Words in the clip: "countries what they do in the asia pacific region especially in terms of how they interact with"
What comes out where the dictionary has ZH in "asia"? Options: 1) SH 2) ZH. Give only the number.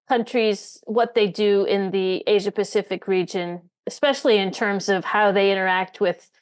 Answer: 2